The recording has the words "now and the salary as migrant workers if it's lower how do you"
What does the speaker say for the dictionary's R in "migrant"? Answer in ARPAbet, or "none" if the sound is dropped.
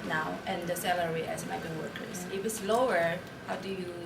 none